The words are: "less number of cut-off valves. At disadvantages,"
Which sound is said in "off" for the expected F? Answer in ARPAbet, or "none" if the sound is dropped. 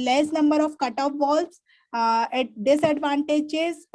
P